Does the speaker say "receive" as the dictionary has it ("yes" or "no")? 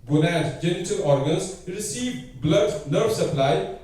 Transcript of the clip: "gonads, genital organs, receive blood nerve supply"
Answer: yes